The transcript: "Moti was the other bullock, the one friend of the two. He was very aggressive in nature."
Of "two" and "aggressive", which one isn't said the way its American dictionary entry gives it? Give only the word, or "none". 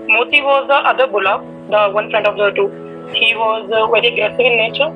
aggressive